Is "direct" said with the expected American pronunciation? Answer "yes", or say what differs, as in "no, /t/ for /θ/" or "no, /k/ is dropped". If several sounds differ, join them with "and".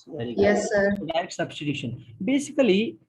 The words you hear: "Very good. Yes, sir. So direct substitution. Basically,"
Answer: no, /k/ is dropped